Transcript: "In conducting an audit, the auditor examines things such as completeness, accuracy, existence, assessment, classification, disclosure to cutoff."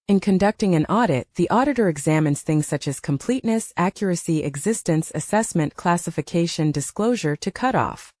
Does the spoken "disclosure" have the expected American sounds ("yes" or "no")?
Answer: yes